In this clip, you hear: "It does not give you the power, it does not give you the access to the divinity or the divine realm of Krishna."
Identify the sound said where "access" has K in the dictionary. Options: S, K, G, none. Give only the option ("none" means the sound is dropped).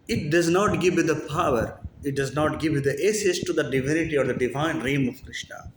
none